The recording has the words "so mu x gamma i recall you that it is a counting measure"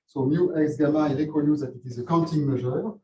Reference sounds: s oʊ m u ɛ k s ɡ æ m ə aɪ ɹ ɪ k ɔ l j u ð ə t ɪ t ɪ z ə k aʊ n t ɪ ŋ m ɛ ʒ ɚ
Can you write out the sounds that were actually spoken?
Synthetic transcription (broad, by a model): s oʊ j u ɛ k s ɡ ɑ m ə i l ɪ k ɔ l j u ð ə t ɪ t ɪ z ə k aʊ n t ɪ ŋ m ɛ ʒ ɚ